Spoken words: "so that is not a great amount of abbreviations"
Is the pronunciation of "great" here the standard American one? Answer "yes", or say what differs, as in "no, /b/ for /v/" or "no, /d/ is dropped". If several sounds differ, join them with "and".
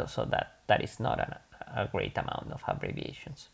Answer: yes